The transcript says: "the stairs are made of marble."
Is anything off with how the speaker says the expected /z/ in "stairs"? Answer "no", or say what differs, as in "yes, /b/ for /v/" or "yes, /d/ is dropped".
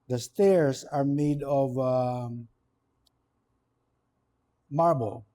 yes, /s/ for /z/